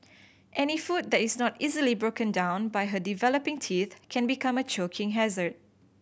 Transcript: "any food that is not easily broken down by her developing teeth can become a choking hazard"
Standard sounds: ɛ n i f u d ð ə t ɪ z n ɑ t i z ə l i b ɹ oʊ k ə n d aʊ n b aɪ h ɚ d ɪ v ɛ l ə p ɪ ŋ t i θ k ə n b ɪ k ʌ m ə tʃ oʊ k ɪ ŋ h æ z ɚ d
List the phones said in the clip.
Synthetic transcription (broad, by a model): ɛ n i f u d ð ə t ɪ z n ɑ t i z ə l i b ɹ oʊ k ə n d aʊ n b aɪ h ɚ d ɪ v ɛ l ə p ɪ ŋ t i θ k ə n b ɪ k ʌ m ə tʃ oʊ k ɪ ŋ h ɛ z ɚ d